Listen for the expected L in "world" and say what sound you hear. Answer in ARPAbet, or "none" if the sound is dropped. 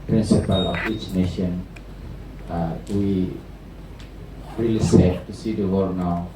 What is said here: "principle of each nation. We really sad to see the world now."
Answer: none